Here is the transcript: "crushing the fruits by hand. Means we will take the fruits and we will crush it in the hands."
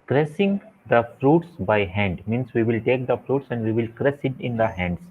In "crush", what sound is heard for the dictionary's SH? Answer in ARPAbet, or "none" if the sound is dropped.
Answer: S